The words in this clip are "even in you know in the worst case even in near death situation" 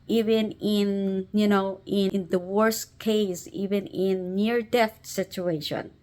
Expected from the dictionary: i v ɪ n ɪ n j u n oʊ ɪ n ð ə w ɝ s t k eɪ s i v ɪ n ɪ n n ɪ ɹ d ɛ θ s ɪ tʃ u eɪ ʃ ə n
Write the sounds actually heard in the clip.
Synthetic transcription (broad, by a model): i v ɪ n ɪ n j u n oʊ ɪ n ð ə w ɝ s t k eɪ s i v ɪ n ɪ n n ɪ ɹ d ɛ t s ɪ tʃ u eɪ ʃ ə n